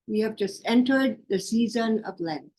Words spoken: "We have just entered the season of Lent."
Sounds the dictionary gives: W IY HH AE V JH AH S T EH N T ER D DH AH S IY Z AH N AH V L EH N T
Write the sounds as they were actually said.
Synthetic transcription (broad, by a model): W IY HH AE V JH AH S T EH N T ER D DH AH S IY Z AH N AH V L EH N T